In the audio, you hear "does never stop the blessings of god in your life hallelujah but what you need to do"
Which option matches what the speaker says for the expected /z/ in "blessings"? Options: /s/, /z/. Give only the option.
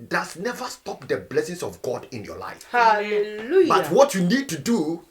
/s/